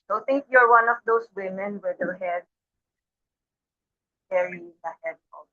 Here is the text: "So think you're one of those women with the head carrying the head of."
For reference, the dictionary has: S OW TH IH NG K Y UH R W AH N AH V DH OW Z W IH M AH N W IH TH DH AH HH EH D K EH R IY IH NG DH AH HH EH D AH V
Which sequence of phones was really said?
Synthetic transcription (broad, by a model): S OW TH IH NG K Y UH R W AH N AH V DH OW S W IH M AH N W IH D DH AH HH EH D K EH R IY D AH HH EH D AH